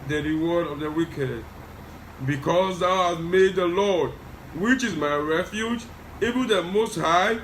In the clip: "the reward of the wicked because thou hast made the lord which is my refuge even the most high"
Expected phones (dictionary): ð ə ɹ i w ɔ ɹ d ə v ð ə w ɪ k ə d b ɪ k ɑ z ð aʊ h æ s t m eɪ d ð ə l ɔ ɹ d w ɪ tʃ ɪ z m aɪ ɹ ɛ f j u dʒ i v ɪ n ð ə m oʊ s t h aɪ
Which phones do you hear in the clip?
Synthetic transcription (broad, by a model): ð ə ɹ i w ɔ ɹ d ə v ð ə w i k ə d b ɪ k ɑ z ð aʊ h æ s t m eɪ d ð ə l ɔ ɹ d w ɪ tʃ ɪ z m aɪ ɹ ɛ f j u dʒ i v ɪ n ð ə m oʊ s t h aɪ